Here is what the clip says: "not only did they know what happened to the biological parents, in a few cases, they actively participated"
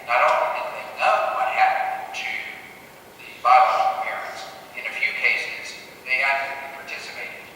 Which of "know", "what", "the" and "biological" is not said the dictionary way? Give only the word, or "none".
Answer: biological